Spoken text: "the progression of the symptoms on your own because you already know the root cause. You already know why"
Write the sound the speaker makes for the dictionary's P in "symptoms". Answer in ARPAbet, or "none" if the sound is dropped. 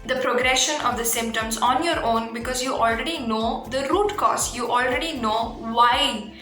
P